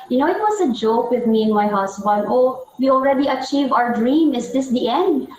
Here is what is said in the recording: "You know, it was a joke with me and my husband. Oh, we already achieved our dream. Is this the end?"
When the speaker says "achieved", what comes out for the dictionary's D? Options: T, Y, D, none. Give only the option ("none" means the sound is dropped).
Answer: none